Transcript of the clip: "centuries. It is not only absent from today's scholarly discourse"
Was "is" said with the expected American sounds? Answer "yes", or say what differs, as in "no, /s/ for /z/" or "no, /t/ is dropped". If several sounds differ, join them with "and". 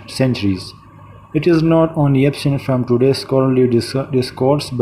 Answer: yes